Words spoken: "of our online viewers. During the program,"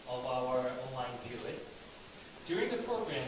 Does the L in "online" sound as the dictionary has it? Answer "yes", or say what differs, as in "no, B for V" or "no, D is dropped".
yes